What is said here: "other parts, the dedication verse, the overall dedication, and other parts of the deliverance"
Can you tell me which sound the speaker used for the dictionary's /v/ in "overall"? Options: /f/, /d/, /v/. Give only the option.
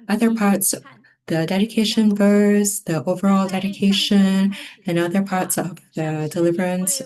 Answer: /v/